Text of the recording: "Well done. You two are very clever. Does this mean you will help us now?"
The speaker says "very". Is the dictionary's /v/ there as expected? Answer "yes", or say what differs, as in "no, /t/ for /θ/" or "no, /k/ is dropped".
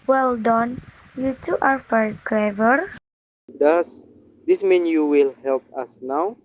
no, /f/ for /v/